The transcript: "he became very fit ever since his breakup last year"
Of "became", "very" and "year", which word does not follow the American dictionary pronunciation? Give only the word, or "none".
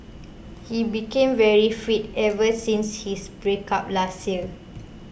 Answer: year